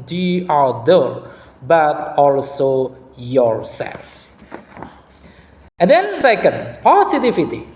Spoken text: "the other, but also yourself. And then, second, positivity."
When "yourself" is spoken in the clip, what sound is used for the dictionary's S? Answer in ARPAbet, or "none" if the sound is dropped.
S